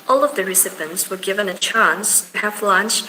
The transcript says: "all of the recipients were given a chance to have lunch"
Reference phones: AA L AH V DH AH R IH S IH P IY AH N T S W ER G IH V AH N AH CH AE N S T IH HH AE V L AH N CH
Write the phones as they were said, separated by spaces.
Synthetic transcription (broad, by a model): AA L AH V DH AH R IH S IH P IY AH N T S W ER G IH V AH N AH CH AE N S T IH HH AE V L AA N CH